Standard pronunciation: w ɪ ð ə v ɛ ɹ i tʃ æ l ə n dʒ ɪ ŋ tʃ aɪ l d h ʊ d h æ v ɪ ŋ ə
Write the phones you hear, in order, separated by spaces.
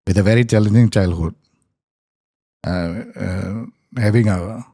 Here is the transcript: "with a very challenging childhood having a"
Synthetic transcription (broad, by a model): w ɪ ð ə v ɛ ɹ i tʃ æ l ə n dʒ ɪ ŋ tʃ aɪ l d h ʊ d h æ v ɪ ŋ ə